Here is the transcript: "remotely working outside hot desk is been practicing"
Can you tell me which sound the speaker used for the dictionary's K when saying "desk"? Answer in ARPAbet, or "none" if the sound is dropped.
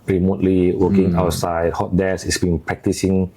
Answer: none